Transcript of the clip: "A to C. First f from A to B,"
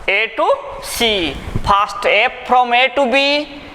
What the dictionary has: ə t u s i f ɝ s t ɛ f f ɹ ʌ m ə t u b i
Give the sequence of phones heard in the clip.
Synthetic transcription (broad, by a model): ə t u s i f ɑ s t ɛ p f ɹ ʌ m ə t u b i